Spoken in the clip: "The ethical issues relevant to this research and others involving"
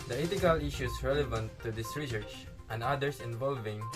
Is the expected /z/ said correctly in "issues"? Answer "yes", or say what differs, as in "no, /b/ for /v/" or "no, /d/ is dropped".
no, /s/ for /z/